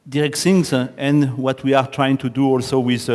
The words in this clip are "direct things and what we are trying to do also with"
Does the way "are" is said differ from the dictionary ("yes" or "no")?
no